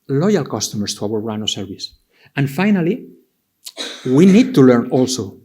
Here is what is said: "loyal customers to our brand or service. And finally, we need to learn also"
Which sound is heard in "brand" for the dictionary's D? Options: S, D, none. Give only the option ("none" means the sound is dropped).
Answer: none